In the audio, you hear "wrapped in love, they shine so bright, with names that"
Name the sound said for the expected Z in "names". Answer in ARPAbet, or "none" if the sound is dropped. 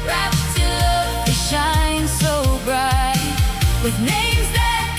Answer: Z